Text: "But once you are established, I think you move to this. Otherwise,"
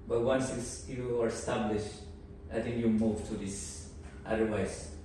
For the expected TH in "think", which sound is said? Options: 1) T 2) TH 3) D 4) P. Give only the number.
1